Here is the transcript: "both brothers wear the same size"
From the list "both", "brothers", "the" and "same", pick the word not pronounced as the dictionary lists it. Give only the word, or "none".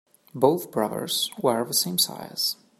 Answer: none